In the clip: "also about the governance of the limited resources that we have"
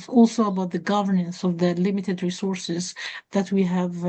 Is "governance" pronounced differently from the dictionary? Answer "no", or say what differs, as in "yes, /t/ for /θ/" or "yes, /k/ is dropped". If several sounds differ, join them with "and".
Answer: no